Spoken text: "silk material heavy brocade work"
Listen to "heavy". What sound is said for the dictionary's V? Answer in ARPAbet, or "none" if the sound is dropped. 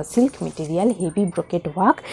B